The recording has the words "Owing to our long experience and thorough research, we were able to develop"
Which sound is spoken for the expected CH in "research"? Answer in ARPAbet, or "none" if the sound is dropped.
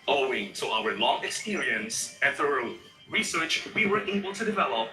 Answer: CH